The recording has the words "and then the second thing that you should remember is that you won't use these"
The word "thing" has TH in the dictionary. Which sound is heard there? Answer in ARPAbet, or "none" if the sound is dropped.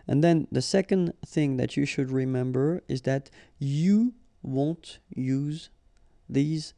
TH